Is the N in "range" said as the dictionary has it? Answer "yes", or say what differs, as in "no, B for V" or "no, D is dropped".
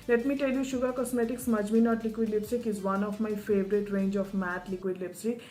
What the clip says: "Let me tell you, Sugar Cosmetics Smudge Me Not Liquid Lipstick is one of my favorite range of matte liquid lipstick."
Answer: yes